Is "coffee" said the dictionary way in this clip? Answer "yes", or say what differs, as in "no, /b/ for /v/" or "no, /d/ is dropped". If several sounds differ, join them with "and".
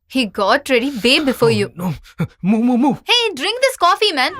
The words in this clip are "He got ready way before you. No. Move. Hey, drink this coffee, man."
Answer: yes